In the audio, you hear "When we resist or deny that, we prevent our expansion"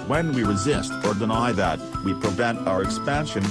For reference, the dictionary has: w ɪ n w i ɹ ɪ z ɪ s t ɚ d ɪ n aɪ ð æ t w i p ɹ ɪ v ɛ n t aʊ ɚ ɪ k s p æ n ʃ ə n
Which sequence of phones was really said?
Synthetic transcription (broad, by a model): w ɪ n w i ɹ ɪ z ɪ s t ɚ d ɪ n aɪ ð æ t w i p ɹ ɪ v ɛ n t aʊ ɚ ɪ k s p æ n ʃ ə n